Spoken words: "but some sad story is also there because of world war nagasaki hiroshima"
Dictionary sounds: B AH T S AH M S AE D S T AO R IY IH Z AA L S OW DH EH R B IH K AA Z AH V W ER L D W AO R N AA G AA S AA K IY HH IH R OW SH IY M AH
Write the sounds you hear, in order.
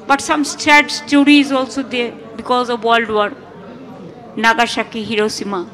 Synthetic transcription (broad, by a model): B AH T S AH M S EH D S T AO R IY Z AA L S OW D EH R B IH K AA Z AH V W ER L D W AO R N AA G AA SH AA K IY HH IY R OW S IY M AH